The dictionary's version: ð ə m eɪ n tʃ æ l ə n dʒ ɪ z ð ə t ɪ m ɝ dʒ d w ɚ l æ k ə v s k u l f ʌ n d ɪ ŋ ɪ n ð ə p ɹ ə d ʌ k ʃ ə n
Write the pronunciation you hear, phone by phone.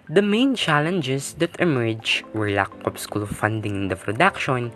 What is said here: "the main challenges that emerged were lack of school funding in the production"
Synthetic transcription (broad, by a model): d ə m eɪ n tʃ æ l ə n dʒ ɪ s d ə t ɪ m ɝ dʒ w ɚ l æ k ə p s k u l f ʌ n d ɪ ŋ ɪ n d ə p ɹ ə d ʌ k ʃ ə n